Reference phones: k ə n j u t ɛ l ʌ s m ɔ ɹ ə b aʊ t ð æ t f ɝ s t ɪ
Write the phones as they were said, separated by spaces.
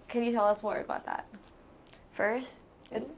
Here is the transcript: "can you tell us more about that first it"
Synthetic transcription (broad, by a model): k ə n j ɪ t ɛ l ʌ s m ɔ ɹ ə b aʊ t ð æ t f ɝ s t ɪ